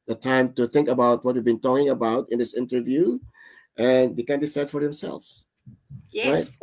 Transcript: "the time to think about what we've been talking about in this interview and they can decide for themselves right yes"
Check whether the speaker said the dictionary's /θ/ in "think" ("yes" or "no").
yes